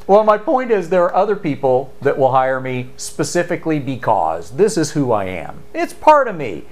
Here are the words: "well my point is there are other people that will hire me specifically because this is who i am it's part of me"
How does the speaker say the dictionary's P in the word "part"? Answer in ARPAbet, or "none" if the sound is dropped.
P